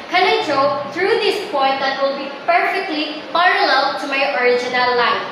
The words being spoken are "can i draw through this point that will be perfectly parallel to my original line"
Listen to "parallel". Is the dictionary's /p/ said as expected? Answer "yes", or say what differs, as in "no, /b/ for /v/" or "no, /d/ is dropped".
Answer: no, /f/ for /p/